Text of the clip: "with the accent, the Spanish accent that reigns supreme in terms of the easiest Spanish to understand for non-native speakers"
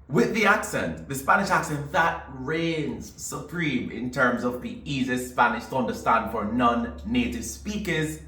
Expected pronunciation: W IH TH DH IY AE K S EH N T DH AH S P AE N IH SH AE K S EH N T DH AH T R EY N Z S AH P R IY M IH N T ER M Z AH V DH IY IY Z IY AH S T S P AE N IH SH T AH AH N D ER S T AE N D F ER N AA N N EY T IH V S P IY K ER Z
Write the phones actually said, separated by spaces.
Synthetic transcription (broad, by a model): W IH DH IY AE K S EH N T DH AH S P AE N IH SH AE K S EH N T DH AH T R EY N Z S AH P R IY M IH N T ER M Z AH V DH IY IY Z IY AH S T S P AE N IH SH T AH AH N D ER S T AE N D F ER N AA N N EY T IH V S P IY K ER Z